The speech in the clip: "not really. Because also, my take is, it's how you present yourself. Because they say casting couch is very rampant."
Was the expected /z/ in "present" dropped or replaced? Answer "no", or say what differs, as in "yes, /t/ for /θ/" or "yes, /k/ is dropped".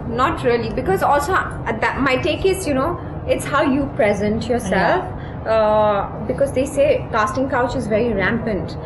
no